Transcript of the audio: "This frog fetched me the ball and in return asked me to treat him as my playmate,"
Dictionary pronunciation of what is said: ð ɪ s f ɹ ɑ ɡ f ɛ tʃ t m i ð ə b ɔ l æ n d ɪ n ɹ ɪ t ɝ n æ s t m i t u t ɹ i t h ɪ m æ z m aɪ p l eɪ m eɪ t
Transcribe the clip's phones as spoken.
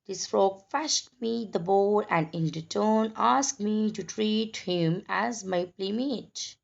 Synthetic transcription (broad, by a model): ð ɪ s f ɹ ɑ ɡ f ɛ ʃ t m i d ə b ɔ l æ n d ɪ n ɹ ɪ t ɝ n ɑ s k m i t u t ɹ i t h ɪ m æ z m aɪ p l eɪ m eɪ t